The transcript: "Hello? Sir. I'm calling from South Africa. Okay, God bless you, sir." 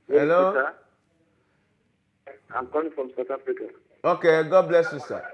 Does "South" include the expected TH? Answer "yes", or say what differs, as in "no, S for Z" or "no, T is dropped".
no, T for TH